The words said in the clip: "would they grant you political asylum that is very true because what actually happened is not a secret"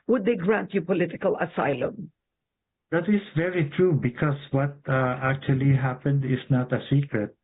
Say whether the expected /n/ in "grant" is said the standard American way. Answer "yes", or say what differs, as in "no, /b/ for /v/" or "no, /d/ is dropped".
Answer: yes